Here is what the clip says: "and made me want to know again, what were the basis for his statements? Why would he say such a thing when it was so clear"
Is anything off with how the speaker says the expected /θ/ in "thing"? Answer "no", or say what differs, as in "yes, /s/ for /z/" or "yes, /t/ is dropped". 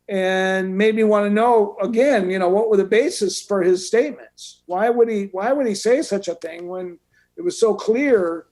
no